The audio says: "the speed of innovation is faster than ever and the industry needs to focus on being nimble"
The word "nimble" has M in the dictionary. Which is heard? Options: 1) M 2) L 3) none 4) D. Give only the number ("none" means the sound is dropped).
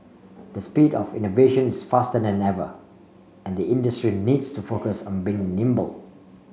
1